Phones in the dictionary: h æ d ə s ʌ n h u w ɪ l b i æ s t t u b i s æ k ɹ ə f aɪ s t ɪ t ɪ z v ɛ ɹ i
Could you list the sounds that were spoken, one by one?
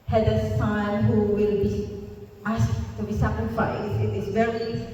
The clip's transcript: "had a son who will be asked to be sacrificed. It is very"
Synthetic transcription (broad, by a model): h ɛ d ə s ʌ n h u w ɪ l b i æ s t t u b i s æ k ɹ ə f aɪ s ɪ t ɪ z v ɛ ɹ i